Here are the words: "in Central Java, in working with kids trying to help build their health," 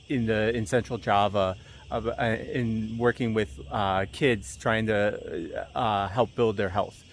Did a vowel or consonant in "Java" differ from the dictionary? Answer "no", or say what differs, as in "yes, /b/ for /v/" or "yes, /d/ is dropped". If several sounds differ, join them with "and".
no